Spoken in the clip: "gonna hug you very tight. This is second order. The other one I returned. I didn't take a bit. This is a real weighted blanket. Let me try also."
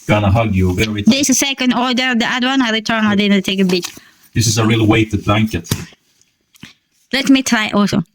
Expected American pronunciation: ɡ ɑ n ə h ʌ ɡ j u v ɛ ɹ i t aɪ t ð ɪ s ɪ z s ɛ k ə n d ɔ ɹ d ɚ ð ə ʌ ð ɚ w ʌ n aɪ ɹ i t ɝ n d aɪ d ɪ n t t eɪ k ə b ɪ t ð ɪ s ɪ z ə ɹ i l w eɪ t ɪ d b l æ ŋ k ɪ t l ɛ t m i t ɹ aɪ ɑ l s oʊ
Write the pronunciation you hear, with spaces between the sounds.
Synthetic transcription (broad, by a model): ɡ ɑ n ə h ʌ ɡ j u v ɛ ɹ i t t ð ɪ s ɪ s ɛ k ə n d ɔ ɹ d ɚ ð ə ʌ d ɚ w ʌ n aɪ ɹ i t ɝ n aɪ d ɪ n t t eɪ k ə b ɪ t ð ɪ s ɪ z ə ɹ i l w eɪ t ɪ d b l æ ŋ k ɪ t l ɛ t m i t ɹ aɪ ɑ l s oʊ